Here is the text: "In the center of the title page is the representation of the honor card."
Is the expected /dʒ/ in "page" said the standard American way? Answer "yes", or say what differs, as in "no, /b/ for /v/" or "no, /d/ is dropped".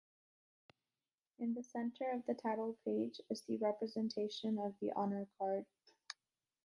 yes